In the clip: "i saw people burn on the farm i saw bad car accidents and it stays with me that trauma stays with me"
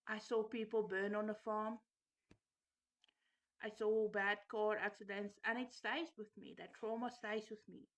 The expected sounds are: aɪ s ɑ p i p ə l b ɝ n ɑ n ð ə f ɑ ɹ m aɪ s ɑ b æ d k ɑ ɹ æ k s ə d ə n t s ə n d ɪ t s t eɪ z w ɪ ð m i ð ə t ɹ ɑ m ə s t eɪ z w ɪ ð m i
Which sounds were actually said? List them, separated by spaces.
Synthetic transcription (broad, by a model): aɪ s ɑ p i p ə l b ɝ n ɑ n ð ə f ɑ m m aɪ s ɑ b æ d k ɑ ɹ æ k s ə d ə n t s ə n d ɪ t s t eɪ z w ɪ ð m i ð ə t ɹ ɑ m ə s t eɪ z w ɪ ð m i